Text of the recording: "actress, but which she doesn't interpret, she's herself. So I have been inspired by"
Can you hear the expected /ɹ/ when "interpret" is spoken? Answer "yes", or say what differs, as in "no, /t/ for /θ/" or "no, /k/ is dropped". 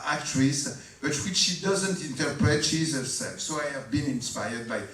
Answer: yes